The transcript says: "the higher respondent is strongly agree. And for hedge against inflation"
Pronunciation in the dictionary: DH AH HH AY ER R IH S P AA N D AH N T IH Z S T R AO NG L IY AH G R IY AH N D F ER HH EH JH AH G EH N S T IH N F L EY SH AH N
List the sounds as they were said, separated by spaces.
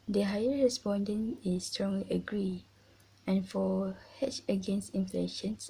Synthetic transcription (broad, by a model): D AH HH AY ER R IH S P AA N D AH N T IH S T R AO NG L IY AH G R IY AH N F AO HH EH CH AH G EH N S T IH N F L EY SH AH N